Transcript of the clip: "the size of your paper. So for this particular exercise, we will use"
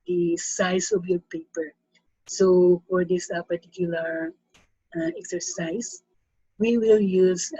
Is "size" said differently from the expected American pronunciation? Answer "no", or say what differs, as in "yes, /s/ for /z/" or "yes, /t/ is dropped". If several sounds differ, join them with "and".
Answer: yes, /s/ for /z/